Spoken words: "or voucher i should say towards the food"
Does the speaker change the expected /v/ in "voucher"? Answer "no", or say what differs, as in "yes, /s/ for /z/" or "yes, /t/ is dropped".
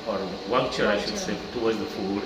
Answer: yes, /w/ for /v/